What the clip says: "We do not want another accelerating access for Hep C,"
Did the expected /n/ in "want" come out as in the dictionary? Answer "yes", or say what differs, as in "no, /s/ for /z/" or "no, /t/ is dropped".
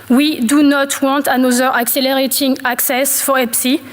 no, /n/ is dropped